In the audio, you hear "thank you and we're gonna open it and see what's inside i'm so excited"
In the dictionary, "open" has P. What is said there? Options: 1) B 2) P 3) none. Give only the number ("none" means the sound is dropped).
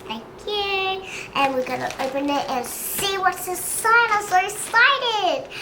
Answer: 2